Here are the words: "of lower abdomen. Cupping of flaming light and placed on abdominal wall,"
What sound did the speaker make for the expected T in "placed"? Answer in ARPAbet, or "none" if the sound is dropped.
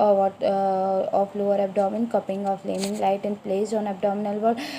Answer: none